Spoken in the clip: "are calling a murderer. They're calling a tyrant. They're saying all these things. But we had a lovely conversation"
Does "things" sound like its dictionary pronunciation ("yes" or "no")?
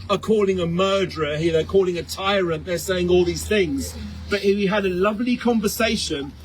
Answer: yes